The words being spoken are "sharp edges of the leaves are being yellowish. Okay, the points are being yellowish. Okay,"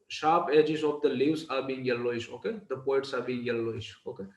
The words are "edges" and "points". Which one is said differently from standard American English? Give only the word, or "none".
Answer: points